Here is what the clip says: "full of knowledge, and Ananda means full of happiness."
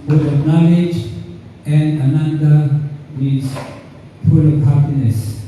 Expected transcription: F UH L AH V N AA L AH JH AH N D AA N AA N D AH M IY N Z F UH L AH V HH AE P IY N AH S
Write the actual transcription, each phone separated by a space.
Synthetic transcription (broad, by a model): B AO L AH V N AA L AH JH AH N D AA N AA N D AH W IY Z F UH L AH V HH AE P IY N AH S